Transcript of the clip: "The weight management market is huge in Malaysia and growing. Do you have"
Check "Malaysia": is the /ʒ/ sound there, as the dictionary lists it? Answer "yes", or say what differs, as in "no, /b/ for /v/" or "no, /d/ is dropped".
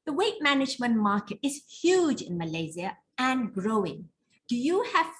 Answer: no, /z/ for /ʒ/